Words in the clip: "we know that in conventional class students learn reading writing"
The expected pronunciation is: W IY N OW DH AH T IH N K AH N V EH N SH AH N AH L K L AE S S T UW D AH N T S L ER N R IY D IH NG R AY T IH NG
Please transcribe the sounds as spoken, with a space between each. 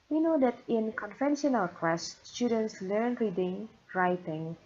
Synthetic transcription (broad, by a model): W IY N OW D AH T IH N K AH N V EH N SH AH N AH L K W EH S S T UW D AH N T S L ER N R IY D IH NG R AY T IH NG